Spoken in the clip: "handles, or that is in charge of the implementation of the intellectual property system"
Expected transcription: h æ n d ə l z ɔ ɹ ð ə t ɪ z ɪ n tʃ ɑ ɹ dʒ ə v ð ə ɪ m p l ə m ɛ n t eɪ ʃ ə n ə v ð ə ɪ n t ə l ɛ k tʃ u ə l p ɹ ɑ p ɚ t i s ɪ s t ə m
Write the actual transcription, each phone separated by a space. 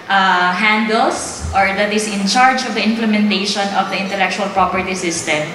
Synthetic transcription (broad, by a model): h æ n d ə l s ɔ ɹ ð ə t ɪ s ɪ n tʃ ɑ ɹ dʒ ə v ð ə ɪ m p l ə m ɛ n t eɪ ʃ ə n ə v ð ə ɪ n t ə l ɛ k tʃ u ə l p ɹ ɑ p ɚ t i s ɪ s t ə m